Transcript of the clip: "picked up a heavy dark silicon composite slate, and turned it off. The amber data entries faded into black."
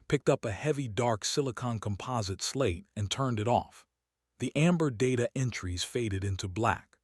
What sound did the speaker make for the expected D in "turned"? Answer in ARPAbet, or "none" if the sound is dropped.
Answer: D